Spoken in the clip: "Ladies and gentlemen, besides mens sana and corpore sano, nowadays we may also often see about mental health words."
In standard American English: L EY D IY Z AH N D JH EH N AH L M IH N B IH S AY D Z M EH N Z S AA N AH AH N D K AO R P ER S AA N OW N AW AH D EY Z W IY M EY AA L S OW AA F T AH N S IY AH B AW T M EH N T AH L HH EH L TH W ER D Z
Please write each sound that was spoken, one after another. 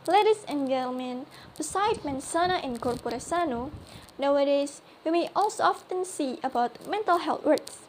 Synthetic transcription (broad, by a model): L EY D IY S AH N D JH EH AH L M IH N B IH S AY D M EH N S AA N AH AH N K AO R P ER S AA N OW N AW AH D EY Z W IY M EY AA L S OW AA F T AH N S IY AH B AW T M EH N T AH L HH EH L T W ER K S